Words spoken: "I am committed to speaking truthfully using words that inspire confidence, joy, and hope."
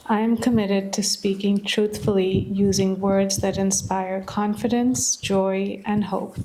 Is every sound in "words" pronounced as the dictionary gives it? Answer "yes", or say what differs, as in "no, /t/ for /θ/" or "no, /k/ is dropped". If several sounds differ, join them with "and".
yes